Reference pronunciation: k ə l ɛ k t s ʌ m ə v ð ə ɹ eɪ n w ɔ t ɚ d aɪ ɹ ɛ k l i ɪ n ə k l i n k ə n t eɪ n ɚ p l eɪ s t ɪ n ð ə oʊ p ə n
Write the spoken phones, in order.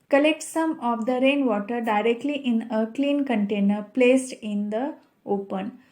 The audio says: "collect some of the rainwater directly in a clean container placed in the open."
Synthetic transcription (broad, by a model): k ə l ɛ k t s ʌ m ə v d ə ɹ eɪ n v ɔ t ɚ d aɪ ɹ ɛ k l i ɪ n ə k l i n k ə n t eɪ n ɚ p l eɪ s t ɪ n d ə oʊ p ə n